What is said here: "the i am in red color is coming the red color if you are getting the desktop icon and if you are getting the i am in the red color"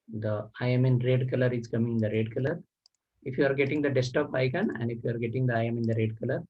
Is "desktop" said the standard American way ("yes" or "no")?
no